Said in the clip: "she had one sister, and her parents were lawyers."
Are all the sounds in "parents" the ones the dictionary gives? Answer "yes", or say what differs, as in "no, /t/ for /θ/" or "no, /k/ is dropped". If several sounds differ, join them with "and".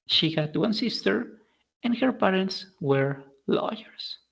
yes